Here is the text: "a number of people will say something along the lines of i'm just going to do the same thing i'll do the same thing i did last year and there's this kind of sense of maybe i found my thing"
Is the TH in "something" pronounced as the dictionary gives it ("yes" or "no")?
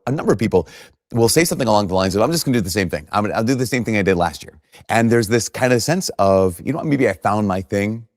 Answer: yes